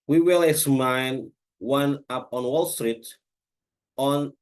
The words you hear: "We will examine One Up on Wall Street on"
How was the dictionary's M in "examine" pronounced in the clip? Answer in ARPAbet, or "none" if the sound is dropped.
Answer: none